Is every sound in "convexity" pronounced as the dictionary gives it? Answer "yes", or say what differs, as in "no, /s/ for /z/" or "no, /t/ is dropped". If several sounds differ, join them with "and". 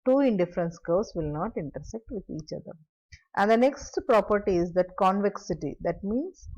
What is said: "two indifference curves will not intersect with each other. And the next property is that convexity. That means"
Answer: yes